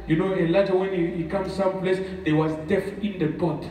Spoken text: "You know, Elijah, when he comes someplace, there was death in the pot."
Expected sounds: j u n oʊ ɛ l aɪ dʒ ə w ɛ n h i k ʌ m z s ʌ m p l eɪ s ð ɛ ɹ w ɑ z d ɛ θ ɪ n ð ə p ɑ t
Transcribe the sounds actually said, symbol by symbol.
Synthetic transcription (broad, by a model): j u n oʊ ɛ l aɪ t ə w ɛ n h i k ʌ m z s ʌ m p l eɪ s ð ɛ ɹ w ɑ z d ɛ t ɪ n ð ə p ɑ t